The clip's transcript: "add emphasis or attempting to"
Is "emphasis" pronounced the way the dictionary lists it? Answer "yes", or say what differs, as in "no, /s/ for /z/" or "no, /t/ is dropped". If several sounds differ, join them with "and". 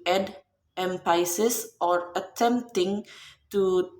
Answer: no, /p/ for /f/